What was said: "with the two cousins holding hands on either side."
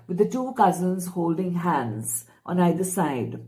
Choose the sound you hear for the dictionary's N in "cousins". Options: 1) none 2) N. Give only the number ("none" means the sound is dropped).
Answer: 2